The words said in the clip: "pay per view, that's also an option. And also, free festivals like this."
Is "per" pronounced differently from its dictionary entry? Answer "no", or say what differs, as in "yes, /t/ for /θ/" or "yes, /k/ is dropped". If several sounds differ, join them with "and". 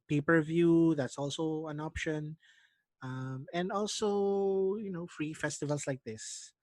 no